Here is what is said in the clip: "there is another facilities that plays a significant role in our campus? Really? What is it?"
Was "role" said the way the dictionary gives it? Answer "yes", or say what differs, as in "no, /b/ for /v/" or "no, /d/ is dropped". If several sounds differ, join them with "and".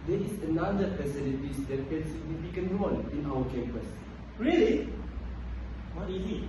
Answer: no, /n/ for /l/